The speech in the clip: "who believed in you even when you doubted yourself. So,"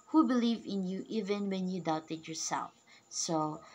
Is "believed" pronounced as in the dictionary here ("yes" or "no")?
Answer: no